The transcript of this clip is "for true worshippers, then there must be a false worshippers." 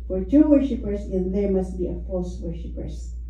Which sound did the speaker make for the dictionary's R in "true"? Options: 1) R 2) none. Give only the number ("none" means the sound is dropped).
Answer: 2